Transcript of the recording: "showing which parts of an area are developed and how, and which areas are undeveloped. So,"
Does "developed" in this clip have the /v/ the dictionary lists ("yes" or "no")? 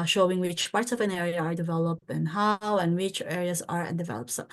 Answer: yes